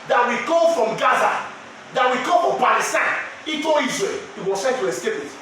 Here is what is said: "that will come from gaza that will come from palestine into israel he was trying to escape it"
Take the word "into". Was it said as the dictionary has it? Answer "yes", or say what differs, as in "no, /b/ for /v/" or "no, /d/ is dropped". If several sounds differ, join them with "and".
no, /n/ is dropped